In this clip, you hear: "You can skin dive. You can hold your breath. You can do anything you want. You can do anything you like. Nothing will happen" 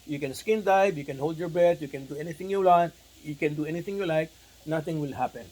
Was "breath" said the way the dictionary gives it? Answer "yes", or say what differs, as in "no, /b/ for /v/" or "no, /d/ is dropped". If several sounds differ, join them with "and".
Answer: no, /ɹ/ is dropped and /t/ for /θ/